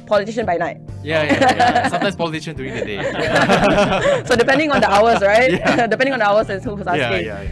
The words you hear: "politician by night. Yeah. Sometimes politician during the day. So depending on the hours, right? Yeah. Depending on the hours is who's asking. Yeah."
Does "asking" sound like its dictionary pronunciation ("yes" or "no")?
no